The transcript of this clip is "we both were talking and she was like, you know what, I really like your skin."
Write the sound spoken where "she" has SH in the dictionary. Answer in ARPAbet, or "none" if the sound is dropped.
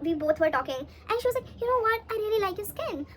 SH